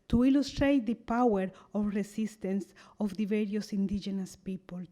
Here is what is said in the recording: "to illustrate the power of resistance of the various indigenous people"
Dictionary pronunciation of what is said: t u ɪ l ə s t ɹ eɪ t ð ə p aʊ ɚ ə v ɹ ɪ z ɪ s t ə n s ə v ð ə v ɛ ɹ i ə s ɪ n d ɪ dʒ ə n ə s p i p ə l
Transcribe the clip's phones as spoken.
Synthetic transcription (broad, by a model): t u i l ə s t ɹ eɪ t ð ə p aʊ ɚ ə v ɹ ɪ s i s t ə n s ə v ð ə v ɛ ɹ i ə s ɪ n d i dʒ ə n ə s p i p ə l